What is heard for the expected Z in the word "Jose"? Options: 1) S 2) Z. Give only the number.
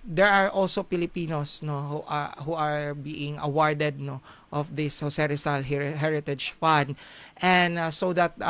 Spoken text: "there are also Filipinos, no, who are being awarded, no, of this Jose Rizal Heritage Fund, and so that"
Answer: 1